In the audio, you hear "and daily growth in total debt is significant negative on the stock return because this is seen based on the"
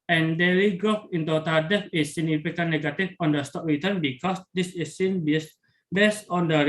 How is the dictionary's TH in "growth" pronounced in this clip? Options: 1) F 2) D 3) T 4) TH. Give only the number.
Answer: 1